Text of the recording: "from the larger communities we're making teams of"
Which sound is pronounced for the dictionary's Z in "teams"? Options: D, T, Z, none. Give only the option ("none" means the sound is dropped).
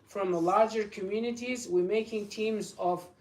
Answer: Z